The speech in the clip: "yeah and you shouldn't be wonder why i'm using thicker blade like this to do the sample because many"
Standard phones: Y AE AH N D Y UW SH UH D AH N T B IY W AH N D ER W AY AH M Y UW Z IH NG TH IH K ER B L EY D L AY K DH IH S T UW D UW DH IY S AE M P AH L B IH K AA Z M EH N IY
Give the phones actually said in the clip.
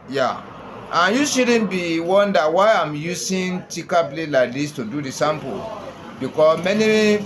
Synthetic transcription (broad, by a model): Y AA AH N Y UW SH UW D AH N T B IY W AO N D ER W AY AH M Y UW S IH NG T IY K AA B L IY L AY K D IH S T UW D UW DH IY S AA M P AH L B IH K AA S M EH N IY